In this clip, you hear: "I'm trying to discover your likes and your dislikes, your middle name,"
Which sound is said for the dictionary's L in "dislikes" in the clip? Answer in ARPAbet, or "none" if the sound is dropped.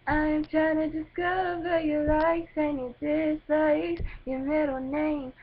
none